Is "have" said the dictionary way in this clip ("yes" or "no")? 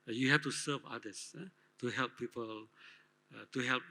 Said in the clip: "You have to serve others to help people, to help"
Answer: no